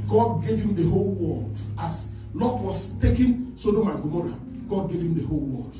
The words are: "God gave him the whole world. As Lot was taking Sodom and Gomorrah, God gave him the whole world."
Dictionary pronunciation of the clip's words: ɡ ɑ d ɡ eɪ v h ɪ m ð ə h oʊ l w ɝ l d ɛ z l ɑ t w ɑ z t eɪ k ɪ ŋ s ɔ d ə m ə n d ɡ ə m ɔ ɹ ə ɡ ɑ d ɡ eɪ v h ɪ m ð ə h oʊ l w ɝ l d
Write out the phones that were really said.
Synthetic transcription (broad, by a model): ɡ ɑ d ɡ eɪ v h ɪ m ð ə h oʊ l w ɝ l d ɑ s l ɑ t w ɑ s t eɪ k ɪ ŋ s ɔ d ə m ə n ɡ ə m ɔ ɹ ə ɡ ɑ d ɡ eɪ v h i m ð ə h oʊ l w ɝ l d